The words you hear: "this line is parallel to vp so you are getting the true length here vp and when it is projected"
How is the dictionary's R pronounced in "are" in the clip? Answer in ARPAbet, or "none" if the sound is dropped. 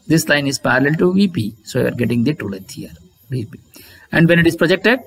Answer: R